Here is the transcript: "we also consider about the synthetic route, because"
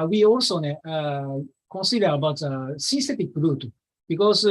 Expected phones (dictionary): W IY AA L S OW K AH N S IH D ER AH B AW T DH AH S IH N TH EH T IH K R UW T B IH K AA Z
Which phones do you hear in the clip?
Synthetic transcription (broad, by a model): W IY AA L S OW K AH N S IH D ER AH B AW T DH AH S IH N S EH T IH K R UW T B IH K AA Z